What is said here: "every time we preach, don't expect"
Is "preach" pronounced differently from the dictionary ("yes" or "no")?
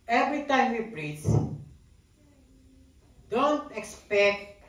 yes